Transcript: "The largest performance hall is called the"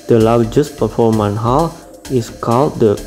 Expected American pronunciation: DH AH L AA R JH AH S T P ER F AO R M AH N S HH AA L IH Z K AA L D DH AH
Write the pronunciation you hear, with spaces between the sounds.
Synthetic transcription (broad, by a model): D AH L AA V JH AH S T P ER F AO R M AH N HH AA L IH S K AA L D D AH